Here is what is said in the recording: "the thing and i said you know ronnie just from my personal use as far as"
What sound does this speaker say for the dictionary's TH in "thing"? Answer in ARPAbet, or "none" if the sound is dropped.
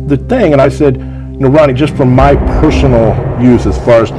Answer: TH